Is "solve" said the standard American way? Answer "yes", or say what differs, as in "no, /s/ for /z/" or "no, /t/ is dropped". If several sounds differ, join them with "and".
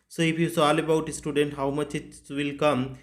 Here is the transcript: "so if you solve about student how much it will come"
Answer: no, /v/ is dropped